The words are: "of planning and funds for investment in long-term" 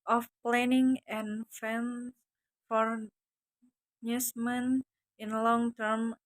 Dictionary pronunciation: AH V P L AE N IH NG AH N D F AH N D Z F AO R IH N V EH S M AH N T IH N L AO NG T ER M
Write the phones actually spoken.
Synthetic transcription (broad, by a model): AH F P L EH N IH NG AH N F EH N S F AO R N UW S M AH N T IH N L AO NG T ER M